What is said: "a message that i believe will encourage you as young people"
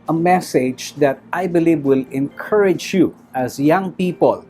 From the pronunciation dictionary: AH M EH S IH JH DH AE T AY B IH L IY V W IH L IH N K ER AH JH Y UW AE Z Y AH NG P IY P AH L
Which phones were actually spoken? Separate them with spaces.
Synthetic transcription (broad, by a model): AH M EH S IH JH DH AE T AY B IH L IY V W IH L IH N K ER AH JH Y UW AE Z Y AH NG P IY P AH L